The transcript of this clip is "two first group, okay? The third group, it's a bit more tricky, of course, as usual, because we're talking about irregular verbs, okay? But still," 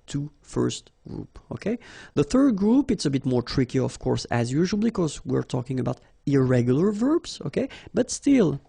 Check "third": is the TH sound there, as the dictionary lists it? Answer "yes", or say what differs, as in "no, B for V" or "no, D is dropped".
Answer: yes